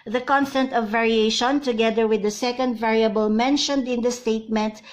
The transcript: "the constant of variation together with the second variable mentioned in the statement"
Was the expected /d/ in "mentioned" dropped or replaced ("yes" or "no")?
no